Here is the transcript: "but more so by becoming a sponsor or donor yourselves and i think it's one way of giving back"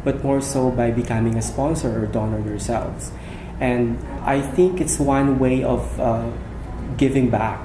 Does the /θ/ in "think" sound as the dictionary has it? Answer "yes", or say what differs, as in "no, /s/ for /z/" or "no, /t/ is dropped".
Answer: yes